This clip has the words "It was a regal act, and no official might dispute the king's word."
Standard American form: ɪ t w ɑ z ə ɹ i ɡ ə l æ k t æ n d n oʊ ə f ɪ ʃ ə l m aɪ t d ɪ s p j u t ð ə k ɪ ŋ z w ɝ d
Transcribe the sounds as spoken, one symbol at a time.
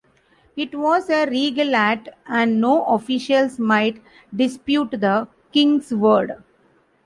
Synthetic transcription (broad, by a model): ɪ t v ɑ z ə ɹ i ɡ ə l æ t æ n d n oʊ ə f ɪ ʃ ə l m aɪ t d ɪ s p j u t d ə k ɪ ŋ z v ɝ d